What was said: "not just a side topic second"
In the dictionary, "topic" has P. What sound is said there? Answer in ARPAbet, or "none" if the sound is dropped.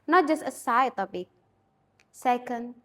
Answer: B